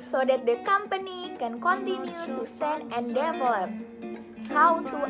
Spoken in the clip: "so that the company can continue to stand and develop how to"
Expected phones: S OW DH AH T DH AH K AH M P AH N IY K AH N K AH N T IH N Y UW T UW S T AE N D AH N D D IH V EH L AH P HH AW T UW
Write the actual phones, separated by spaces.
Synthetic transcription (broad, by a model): S OW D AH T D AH K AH M P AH N IY K AH N K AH N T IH N Y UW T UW S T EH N AH N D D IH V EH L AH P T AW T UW